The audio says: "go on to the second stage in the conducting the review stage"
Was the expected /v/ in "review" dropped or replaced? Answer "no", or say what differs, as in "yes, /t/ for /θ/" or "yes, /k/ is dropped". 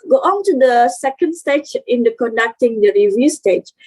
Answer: no